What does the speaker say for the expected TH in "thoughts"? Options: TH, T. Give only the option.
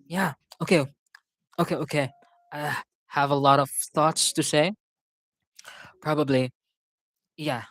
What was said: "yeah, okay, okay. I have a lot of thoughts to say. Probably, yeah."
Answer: TH